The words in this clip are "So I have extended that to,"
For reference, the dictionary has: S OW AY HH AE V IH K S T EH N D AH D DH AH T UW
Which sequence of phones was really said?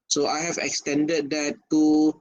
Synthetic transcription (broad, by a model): S OW AY HH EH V IH K S T EH N D AH D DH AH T UW